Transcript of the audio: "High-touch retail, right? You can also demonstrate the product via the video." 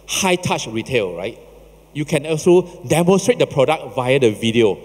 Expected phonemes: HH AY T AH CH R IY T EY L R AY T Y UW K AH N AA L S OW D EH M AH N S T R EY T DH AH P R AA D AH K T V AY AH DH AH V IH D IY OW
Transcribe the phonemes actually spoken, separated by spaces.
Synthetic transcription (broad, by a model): HH AY T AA CH R IY T EY L R AY T Y UW K AH N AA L S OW D EH M AH N S T R EY T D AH P R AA D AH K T V AY AH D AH V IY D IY OW